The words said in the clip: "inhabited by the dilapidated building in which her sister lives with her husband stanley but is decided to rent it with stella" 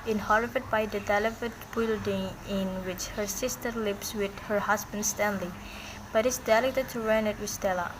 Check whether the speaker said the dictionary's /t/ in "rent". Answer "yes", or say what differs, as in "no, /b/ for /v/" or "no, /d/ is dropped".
no, /t/ is dropped